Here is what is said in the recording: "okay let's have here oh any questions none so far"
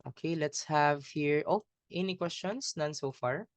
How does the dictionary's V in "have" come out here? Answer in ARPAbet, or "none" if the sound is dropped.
V